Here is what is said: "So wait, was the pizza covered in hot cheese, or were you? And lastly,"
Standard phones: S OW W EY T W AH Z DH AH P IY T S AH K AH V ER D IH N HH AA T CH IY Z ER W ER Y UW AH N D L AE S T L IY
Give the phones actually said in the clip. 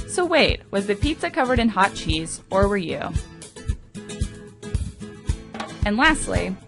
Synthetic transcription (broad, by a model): S OW W EY T W AH Z DH AH P IY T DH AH K AH V ER D IH N HH AA T CH IY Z ER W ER Y UW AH N L AE S T L IY